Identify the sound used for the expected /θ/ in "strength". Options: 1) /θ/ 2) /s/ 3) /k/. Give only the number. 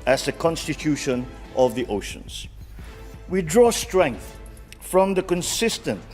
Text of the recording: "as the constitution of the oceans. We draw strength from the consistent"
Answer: 1